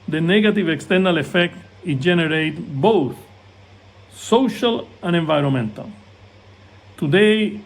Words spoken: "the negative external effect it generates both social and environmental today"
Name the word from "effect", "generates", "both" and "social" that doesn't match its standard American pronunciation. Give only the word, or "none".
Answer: generates